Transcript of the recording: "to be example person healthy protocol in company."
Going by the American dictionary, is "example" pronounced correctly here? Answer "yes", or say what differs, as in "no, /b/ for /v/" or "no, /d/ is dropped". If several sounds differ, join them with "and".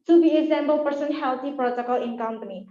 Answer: no, /b/ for /p/